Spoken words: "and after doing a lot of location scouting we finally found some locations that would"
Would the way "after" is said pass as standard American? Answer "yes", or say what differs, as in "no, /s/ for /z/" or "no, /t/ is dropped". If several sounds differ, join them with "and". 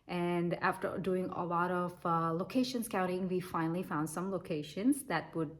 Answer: yes